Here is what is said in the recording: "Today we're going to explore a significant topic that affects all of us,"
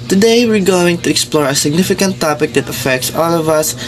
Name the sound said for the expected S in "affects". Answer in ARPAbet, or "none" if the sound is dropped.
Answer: S